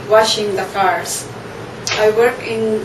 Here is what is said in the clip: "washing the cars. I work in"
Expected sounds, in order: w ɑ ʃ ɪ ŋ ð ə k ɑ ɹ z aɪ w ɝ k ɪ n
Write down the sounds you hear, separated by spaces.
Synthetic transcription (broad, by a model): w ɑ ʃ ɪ ŋ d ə k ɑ ɹ s aɪ w ɝ k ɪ n